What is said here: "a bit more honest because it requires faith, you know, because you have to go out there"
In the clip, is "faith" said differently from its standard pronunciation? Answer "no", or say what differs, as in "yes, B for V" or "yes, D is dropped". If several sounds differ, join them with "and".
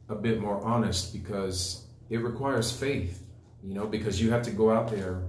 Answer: no